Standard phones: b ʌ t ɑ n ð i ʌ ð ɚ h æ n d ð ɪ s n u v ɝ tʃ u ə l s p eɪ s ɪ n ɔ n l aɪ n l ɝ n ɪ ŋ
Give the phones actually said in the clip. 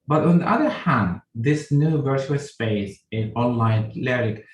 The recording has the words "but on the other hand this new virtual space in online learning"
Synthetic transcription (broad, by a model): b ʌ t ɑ n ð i ʌ ð ɚ h æ n d ð ɪ s n u v ɝ tʃ u ə l s p eɪ s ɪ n ɔ n l aɪ n l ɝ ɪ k